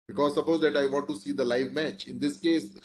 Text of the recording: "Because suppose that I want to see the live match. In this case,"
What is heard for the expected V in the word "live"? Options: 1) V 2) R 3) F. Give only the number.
1